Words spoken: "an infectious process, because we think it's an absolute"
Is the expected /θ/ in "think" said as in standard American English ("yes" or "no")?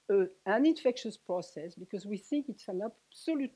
yes